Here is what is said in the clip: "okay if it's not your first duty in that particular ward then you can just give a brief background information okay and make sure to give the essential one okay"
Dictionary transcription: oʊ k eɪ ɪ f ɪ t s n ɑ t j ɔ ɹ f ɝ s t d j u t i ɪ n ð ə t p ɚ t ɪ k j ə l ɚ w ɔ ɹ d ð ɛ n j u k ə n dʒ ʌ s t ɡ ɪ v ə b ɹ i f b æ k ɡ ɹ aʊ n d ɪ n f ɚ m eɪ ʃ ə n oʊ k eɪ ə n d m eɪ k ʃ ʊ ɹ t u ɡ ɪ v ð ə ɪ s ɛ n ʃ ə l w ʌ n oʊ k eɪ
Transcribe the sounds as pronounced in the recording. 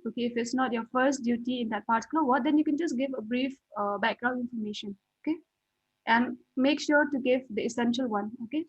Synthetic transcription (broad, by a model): oʊ k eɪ ɪ f ɪ t s n ɑ t j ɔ f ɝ s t d j u t i ɪ n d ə t p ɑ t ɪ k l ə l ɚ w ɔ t d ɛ n j u k ə n dʒ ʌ s ɡ ɪ v ə b ɹ i f b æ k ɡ ɹ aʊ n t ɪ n f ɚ m eɪ ʃ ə n oʊ k eɪ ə n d m eɪ k ʃ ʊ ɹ t u ɡ ɪ v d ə ɪ s ɛ n ʃ ə l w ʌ n oʊ k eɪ